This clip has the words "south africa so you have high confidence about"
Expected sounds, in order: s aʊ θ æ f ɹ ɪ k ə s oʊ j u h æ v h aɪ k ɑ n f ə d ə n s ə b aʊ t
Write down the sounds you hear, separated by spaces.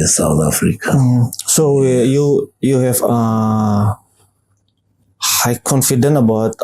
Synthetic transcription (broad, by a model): s aʊ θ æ f ɹ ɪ k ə s oʊ j u h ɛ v h aɪ k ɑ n f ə d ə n ə b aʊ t